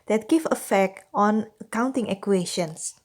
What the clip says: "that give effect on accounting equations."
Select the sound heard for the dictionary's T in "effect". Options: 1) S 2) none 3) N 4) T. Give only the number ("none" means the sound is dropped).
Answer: 4